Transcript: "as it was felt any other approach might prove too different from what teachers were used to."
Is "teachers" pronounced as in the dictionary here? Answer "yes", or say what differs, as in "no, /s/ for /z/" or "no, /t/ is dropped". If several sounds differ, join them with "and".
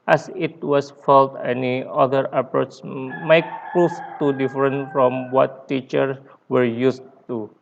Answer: no, /z/ is dropped